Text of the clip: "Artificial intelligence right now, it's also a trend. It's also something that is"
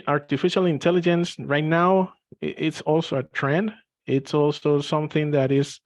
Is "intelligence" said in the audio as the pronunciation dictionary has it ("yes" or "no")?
yes